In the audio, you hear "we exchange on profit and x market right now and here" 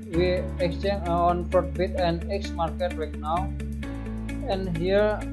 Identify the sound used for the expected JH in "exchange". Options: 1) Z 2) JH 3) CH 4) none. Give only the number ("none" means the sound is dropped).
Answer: 4